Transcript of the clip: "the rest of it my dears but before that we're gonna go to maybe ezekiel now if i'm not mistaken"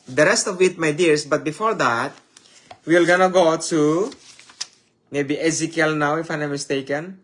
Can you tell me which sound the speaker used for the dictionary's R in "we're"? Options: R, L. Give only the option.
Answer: L